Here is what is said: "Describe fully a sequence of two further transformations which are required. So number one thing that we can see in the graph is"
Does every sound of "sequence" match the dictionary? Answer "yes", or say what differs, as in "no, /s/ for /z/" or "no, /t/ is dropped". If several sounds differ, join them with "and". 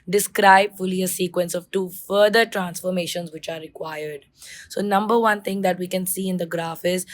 yes